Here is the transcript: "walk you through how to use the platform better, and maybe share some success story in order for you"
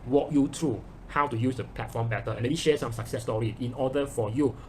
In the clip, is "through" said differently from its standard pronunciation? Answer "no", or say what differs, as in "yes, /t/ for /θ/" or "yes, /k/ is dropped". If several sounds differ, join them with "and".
yes, /t/ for /θ/